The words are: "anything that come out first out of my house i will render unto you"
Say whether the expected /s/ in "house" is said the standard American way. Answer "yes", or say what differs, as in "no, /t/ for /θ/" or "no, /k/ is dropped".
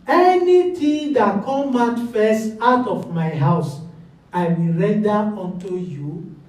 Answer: yes